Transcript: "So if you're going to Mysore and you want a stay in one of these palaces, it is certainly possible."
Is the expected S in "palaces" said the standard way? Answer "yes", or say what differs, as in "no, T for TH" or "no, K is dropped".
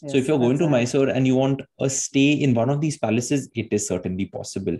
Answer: yes